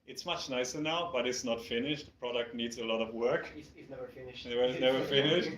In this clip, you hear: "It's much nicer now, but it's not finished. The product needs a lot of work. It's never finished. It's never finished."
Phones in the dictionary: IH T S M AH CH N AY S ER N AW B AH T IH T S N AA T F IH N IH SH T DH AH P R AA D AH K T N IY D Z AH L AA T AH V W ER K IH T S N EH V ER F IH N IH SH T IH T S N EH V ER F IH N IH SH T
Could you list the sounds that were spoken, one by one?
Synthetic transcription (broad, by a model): IH T S M AH CH N AY S ER N AW B AH T IH T S N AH T F IH N IH SH T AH P R AA D AH K T N IY D Z AH L AA T AH V W ER K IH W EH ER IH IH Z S N EH V ER F IH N IH SH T